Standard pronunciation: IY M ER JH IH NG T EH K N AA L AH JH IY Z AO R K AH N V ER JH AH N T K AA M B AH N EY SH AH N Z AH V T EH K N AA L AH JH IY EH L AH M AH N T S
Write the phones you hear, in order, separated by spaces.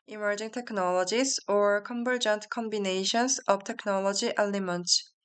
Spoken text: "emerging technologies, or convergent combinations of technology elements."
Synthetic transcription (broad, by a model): IY M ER JH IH NG T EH K N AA L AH JH IY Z AO R K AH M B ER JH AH N T K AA M B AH N EY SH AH N S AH B T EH K N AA L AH JH IY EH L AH M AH N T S